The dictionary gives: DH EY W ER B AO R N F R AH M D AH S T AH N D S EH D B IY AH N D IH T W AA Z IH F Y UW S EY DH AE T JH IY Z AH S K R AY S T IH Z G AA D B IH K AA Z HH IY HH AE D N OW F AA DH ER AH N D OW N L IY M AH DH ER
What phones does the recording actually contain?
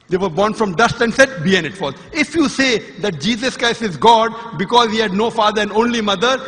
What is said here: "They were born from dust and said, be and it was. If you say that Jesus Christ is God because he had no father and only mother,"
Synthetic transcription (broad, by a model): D EY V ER B AO R N F R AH M D AH S T AH N D S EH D B IY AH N IH T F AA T IH F Y UW S EY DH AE T JH IY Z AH S K R AY S T IH Z G AA D B IH K AA Z HH IY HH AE D N OW F AA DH ER AH N D OW N L IY M AH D ER